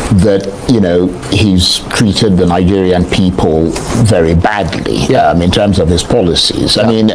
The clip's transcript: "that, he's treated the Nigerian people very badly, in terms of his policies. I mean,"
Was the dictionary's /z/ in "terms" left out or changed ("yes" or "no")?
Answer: no